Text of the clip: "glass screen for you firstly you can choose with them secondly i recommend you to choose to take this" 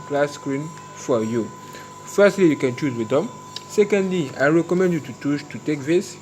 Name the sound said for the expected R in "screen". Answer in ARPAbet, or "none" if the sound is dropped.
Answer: R